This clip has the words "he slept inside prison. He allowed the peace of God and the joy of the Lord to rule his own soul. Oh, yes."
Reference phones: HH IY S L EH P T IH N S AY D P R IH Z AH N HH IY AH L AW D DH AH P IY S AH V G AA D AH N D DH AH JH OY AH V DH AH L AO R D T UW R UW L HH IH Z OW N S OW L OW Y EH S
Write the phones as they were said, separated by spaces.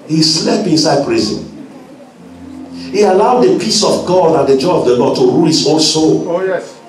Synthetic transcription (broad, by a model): HH IY S L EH P IH N S AY D P R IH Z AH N HH IY AH L AW D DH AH P IY S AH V G AA D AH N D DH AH JH OY AH V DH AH L AO D T UW R UW L HH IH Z OW N S OW L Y